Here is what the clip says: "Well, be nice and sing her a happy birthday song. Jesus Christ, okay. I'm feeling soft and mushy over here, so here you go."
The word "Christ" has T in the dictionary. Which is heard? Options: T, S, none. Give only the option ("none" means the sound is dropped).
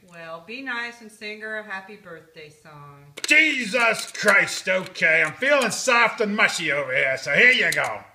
T